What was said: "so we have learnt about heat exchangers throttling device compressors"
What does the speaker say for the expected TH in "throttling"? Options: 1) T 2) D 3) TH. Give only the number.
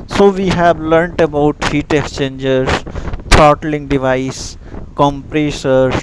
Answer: 1